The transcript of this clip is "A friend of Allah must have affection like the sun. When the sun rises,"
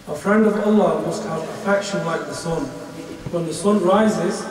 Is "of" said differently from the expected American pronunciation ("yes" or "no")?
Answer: no